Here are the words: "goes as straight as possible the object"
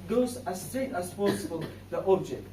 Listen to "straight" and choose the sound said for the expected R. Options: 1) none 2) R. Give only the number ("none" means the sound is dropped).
1